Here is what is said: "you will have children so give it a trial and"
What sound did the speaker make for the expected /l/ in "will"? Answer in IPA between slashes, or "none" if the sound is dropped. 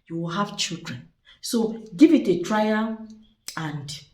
/l/